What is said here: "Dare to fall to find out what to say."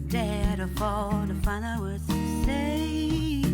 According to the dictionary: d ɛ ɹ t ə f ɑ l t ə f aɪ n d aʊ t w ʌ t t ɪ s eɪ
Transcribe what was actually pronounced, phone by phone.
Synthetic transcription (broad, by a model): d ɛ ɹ t ə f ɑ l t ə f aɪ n aʊ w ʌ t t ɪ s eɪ